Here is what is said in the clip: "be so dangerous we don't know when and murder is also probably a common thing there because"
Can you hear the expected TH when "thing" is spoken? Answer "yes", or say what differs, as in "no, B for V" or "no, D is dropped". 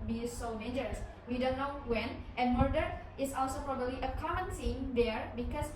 no, S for TH